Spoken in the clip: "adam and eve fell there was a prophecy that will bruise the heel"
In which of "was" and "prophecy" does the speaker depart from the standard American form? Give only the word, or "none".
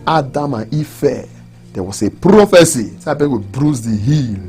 was